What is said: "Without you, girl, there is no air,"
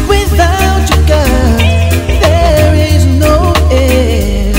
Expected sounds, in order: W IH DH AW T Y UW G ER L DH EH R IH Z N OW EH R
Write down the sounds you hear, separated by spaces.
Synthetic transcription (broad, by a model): W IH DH AW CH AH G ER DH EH R IH Z N OW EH